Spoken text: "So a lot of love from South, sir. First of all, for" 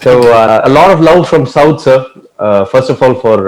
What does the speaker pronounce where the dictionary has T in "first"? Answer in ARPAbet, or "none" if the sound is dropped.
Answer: T